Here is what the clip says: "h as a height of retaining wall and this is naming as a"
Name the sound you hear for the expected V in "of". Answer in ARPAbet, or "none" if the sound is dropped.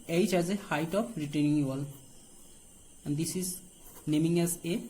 P